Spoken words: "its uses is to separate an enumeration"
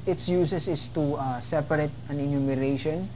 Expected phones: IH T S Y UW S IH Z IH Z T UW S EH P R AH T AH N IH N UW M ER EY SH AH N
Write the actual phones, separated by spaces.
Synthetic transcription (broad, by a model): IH T S Y UW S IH S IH S T UW S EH P R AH T AH N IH N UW M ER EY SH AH N